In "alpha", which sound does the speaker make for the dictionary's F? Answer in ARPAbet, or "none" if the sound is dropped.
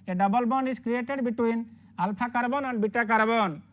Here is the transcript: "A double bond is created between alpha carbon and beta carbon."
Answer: P